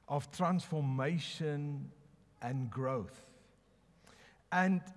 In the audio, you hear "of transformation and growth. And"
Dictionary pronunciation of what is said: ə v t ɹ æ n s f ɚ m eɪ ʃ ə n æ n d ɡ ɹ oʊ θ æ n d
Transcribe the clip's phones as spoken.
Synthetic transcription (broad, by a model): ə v t ɹ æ n s f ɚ m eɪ ʃ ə n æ n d ɡ ɹ oʊ θ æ n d